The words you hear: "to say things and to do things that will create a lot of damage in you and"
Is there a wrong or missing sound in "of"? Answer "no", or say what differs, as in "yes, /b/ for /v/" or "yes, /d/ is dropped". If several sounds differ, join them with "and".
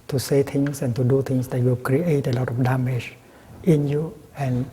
yes, /f/ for /v/